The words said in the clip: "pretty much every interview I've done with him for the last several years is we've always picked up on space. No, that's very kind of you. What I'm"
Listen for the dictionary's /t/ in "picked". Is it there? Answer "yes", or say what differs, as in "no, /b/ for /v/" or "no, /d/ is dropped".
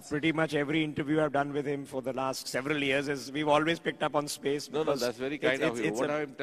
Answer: yes